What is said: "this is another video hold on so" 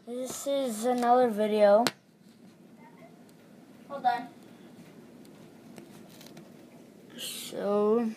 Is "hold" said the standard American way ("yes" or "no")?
no